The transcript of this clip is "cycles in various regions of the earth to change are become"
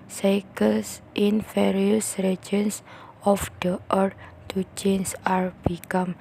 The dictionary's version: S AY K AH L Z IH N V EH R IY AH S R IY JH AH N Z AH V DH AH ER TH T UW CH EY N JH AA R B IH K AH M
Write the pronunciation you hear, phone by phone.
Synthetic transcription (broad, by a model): S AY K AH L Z IH N F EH R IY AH S R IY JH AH N S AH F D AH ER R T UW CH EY N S AA R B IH K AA M